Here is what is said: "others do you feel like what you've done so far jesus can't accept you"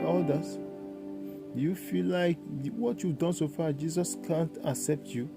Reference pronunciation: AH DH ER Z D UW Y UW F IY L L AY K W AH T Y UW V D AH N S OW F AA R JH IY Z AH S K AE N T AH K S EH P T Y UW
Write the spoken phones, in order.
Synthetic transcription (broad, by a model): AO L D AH Y UW F IY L L AY K W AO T Y UW V D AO N S OW F AA JH IY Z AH S K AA N T AH K S EH P T Y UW